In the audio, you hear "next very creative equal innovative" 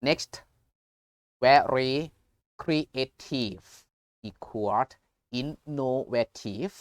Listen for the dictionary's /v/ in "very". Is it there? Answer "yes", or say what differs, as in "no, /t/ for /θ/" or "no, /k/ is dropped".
no, /w/ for /v/